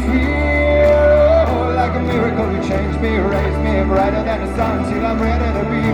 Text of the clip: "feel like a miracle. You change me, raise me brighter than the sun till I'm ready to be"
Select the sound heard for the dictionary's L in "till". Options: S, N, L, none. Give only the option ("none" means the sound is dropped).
N